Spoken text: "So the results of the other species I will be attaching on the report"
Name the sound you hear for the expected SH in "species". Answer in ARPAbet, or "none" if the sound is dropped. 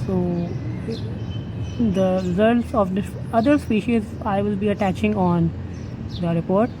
SH